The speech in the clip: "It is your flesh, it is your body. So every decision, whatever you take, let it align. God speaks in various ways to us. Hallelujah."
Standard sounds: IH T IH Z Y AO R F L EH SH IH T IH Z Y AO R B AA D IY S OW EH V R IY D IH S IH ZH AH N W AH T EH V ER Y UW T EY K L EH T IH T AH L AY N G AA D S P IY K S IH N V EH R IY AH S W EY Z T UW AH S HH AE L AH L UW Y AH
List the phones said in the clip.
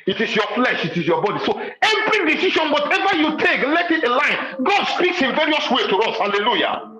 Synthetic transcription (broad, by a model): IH T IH S Y AO F L EH SH IH T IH S Y AO B AA D IY S OW EH V R IY D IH S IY SH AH N W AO T EH V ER Y UW T EY K L EH T IH T AH L AY N G AA D S P IY K S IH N V EH R IY AH S W EY T UW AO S HH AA L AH L UW Y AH